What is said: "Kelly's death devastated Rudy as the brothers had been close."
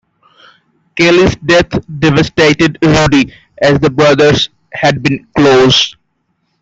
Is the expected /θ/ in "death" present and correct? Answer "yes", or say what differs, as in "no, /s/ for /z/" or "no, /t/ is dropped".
no, /t/ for /θ/